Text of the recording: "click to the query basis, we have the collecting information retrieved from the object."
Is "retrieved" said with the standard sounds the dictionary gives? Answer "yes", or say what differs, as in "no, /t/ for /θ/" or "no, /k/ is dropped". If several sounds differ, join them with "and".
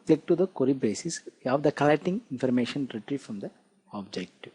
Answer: no, /f/ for /v/